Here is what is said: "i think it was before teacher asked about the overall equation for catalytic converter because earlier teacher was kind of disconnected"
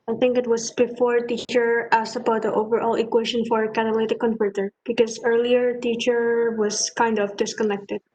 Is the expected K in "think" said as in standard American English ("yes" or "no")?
yes